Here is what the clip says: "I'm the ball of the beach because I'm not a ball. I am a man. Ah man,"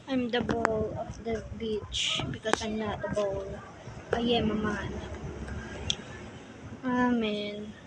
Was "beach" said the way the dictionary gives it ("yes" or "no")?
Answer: yes